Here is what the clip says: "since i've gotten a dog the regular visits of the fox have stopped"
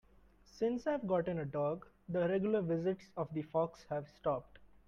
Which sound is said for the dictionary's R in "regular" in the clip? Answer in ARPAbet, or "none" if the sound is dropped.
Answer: R